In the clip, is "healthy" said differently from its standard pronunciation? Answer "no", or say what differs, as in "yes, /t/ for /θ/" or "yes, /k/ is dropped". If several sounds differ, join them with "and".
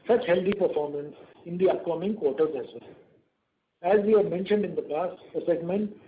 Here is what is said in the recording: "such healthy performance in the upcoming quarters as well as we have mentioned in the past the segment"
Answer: yes, /t/ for /θ/